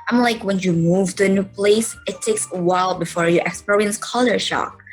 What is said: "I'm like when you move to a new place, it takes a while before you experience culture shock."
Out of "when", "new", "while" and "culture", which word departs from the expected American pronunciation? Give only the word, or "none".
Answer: culture